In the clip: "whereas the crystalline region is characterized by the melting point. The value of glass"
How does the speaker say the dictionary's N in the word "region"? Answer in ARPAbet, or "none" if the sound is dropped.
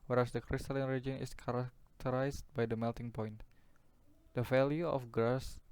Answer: N